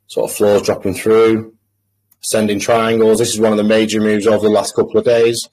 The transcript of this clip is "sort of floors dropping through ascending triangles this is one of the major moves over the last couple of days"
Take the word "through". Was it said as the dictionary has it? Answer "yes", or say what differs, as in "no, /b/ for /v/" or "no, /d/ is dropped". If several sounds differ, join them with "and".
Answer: yes